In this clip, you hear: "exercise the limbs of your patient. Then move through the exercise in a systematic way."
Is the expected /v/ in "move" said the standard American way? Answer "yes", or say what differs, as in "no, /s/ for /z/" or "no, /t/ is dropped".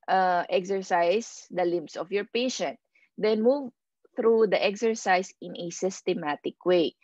yes